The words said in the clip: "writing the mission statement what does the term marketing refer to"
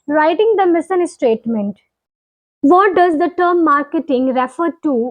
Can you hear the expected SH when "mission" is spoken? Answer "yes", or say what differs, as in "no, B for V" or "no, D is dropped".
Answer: no, S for SH